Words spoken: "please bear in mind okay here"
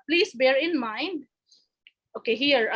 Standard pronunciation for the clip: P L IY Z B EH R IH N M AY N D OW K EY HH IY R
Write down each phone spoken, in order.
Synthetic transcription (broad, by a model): P L IY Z B EH R IH N M AY N D OW K EY HH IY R